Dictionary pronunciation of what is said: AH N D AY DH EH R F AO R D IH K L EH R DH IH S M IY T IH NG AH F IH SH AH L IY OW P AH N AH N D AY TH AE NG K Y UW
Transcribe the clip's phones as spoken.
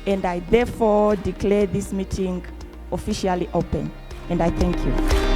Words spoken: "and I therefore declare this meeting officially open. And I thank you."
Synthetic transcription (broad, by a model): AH N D AY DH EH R F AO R D IH K L EH R DH IH S M IY T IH NG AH F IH SH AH L IY OW P AH N AH N D AY TH AE NG K Y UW